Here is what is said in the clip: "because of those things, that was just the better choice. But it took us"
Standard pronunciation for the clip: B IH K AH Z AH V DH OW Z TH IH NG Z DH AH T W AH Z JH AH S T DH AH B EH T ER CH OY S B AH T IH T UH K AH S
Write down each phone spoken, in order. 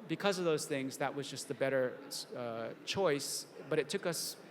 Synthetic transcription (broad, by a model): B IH K AH Z AH V DH OW Z TH IH NG Z DH AH T W AH Z JH AH S T DH AH B EH T ER CH OY S B AH T IH T UH K AH S